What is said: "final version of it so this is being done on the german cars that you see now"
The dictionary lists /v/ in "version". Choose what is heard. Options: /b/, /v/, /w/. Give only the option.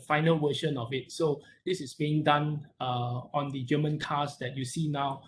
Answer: /w/